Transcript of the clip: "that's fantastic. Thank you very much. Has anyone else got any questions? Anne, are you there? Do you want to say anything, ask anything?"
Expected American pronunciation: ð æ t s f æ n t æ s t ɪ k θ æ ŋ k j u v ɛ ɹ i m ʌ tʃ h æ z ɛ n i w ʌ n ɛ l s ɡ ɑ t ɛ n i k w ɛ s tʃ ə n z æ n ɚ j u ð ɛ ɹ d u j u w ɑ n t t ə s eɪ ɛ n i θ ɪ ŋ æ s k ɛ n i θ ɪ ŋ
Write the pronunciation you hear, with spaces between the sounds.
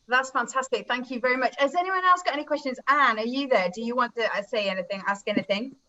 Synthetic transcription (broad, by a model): ð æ t s f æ n t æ s t ɪ k θ æ ŋ k j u v ɛ ɹ i m ʌ tʃ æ z ɛ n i w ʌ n ɛ l s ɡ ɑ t ɛ n i k w ɛ s tʃ ə n z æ n ɚ j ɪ ð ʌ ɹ d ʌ j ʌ w ɑ n t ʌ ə s eɪ ɛ n i θ ɪ ŋ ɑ s k ɛ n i θ ɪ ŋ